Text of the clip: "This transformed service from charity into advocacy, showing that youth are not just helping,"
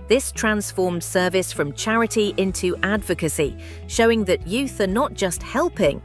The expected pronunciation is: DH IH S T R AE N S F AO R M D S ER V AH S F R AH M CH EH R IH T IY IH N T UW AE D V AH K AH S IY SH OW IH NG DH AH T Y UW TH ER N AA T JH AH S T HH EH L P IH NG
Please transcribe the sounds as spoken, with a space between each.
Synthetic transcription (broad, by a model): DH IH S T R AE N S F AO M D S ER V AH S F R AH M CH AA R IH T IY IH N T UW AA D V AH K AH S IY SH OW IH NG DH AH T Y UW TH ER N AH T JH AH S T HH EH L P IH NG